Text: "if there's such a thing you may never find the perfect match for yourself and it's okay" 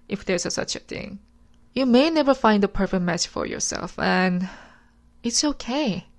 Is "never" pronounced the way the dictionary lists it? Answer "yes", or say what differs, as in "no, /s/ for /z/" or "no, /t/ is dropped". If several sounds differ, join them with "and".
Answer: yes